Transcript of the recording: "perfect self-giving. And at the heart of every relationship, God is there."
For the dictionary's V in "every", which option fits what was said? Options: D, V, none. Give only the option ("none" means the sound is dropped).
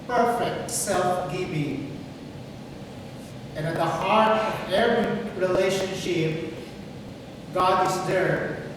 none